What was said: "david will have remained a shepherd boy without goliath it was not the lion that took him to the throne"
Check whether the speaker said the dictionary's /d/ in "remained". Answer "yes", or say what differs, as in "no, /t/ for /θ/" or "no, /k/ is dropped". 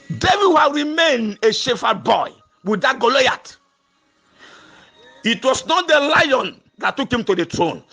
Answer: yes